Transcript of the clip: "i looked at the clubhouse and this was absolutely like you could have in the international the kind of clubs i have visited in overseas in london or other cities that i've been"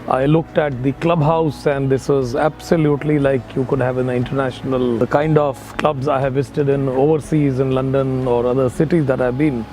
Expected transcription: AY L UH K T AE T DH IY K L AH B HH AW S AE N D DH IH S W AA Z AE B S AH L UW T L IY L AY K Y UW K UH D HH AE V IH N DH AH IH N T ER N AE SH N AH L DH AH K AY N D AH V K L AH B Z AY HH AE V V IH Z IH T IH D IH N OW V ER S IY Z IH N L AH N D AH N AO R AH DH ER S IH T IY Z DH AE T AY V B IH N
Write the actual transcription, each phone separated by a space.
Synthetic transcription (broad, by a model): AY L UH K T AE T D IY K L AH B HH AW S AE N D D IH S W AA Z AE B S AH L UW T L IY L AY K Y UW K UH D HH AE V IH N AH IH N T ER N AE SH N AH L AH K AY N D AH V K L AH B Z AY HH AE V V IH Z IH T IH D IH N OW V ER S IY Z IH N L AH N D AH N AO R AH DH ER S IH T IY Z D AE T AY V B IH N